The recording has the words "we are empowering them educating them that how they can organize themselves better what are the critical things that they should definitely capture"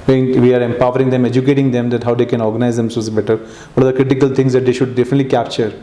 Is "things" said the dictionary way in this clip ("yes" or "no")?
no